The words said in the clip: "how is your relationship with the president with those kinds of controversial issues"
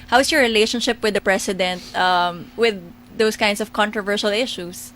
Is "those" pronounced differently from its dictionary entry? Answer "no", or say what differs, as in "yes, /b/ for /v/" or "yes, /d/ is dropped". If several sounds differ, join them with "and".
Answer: yes, /s/ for /z/